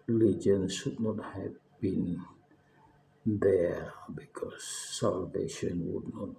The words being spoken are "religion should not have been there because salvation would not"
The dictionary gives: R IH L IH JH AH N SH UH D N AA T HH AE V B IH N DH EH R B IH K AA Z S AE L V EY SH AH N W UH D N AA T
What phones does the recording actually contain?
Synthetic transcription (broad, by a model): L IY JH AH N S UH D N AA T HH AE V B IH N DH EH B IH K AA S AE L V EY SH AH N W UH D N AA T